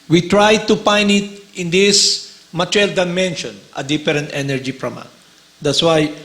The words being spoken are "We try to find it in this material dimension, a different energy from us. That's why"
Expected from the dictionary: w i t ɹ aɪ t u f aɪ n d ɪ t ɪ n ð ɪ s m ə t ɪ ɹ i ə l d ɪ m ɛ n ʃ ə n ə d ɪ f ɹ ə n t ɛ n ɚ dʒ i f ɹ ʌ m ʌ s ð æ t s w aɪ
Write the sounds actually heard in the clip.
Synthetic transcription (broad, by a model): w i t ɹ aɪ t u p aɪ n ɪ t ɪ n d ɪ s m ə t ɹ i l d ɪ m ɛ n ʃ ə n ə d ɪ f ɹ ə n t ɛ n ɚ dʒ i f ɹ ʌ m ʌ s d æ t s w aɪ